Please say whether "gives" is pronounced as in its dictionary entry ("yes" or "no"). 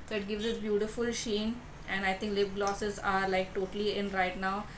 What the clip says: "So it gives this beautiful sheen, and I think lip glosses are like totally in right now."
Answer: yes